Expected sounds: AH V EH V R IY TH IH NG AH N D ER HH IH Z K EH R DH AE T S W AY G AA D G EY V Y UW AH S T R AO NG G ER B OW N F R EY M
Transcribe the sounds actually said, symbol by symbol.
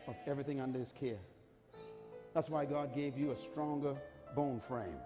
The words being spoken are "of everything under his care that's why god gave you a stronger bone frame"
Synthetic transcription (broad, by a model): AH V EH V R IY TH IH NG AH N D ER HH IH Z K EH R DH AE T S W AY G AA D G EY V Y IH AH S T R AO NG G ER B OW N F R EY M